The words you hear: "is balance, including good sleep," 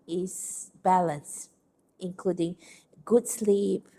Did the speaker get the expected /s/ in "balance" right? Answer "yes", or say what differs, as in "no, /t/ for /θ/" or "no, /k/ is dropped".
yes